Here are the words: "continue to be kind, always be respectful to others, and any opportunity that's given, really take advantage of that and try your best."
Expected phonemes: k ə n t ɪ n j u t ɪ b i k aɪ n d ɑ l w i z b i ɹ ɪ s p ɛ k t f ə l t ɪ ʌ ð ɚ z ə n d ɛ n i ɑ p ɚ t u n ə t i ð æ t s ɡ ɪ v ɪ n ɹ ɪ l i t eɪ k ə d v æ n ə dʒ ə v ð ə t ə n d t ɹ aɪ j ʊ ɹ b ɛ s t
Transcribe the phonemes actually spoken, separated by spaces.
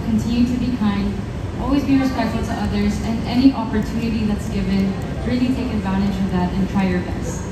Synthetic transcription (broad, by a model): k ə n t ɪ n j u t ɪ b i k aɪ n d ɑ l w i z b i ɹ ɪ s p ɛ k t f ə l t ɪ ʌ ð ɚ z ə n ɛ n i ɑ p ɚ t u n ə t i ð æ t s ɡ ɪ v ɪ n ɹ ɪ l i t eɪ k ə d v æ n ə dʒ ə v ð ə t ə n t ɹ aɪ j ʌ ɹ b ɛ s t